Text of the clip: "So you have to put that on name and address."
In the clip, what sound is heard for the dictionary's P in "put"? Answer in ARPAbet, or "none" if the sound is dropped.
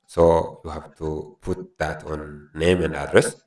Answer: P